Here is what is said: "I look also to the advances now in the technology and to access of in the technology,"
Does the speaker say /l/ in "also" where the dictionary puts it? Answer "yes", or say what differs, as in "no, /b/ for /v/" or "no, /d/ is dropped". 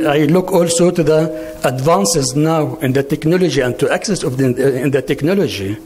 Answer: yes